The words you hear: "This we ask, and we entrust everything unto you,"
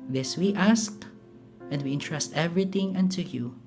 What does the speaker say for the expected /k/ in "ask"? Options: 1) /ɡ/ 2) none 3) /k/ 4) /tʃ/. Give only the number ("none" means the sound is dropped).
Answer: 3